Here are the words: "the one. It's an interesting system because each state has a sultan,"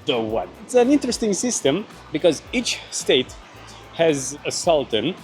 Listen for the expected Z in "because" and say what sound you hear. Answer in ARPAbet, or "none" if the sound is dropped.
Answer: Z